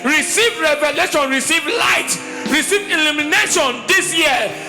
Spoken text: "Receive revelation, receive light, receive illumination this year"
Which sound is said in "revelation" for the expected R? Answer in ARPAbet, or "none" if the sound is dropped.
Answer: R